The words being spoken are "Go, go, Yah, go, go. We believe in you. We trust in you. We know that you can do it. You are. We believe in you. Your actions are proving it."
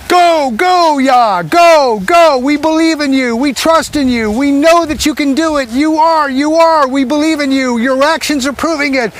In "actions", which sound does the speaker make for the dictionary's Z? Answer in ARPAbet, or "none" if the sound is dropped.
Z